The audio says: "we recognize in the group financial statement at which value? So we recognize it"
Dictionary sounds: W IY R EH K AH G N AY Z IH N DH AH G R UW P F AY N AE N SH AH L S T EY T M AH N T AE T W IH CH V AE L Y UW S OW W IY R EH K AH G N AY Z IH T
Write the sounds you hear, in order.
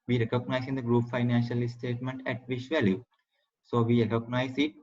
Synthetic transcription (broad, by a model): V IY R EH K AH G N AY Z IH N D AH G R UW P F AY N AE N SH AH L S T EY T M AH N T AE T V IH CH V AE L Y UW S OW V IY R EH K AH G N AY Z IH T